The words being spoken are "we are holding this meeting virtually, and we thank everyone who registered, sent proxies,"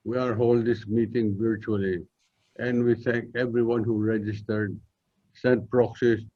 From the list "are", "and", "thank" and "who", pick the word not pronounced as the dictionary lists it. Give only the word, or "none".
thank